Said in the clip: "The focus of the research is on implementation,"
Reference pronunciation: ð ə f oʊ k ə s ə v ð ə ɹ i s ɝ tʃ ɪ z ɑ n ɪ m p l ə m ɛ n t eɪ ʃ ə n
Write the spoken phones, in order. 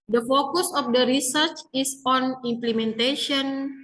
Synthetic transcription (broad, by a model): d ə f oʊ k ə s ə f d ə ɹ i s ɝ tʃ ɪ s ɑ n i m p l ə m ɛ n t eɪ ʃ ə n